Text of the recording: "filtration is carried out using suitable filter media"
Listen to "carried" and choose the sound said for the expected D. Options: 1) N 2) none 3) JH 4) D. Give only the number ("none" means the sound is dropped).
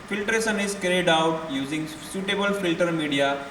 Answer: 4